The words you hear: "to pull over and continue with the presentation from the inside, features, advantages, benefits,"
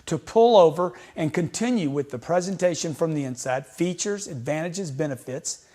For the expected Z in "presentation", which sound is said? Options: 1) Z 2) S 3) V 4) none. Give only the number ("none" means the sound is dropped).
1